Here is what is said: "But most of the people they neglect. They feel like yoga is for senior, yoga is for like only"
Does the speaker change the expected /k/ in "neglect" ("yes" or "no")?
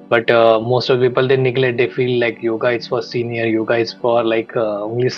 yes